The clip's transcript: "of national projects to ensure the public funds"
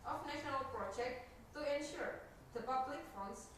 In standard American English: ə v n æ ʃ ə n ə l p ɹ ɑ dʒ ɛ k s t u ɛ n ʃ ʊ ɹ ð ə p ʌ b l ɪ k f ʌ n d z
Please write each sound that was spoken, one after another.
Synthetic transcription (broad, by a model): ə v n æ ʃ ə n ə l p ɹ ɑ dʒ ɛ k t t u ɛ n ʃ ʊ ɹ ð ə p ʌ b l ɪ k f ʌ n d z